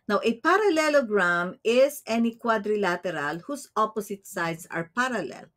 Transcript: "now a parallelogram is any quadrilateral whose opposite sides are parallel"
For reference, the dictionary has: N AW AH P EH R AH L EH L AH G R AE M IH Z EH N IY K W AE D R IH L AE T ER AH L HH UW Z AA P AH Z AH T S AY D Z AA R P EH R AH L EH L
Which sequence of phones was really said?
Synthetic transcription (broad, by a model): N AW AH P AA R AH L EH L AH G R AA M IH S EH N IY K W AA D R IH L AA T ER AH L HH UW S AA P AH S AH T S AY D S AA R P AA R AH L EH L